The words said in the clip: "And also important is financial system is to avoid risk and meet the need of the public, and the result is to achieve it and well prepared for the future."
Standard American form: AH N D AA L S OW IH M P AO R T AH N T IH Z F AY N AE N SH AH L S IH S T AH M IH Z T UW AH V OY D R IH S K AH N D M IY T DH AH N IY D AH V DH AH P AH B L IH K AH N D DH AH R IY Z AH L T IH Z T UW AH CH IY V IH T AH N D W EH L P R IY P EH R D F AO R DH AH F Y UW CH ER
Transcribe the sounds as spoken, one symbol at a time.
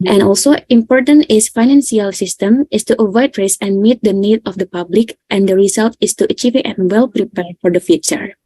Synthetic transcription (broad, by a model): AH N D AA L S OW IH M P AO R T AH N T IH S F AY N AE N S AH L S IH S T AH M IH S T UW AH V OY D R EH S AH N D M IY T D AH N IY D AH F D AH P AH B L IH K AH N D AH R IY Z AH L T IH S T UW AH CH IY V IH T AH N W EH L P R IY P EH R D F AO R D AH F Y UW CH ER